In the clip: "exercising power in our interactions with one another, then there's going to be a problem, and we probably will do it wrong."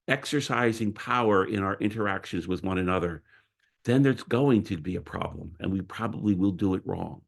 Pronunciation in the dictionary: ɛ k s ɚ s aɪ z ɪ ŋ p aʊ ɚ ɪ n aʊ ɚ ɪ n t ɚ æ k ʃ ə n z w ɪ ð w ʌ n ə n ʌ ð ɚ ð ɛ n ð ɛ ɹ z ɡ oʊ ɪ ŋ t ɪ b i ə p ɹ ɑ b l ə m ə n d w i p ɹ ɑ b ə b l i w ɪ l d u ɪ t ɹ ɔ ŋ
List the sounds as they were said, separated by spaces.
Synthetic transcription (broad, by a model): ɛ k s ɚ s aɪ z ɪ ŋ p aʊ ɚ ɪ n aʊ ɚ ɪ n t ɚ æ k ʃ ə n z w ɪ ð w ʌ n ə n ʌ ð ɚ ð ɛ n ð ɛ ɹ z ɡ oʊ ɪ ŋ t ɪ b i ə p ɹ ɑ b l ə m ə n w i p ɹ ɑ b ə b l i w ɪ l d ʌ ɪ t ɹ ɔ ŋ